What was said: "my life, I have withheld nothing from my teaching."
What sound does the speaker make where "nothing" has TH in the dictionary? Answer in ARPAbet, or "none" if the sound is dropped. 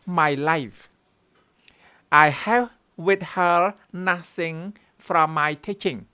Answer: S